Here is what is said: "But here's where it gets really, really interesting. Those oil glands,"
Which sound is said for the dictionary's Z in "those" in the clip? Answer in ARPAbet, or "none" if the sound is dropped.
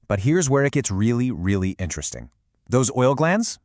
Z